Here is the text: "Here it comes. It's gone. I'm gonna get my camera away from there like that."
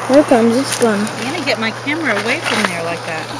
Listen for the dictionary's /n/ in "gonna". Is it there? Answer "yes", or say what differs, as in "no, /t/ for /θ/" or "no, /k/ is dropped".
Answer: no, /n/ is dropped